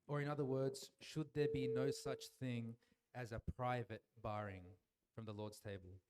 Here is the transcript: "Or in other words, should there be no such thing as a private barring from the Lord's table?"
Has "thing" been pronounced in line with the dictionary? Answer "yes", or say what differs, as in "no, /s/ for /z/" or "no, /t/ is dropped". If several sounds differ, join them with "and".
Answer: yes